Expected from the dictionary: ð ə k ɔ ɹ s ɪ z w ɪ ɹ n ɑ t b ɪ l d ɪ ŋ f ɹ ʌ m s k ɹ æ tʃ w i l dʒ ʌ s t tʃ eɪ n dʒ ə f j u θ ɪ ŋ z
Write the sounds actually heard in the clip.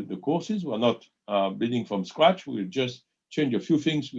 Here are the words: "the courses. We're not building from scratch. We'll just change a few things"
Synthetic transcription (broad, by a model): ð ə k ɔ ɹ s ɪ z w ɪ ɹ n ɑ t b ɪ d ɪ ŋ f ɹ ʌ m s k ɹ æ tʃ w i l dʒ ʌ s t tʃ eɪ n dʒ ə f j u θ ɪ ŋ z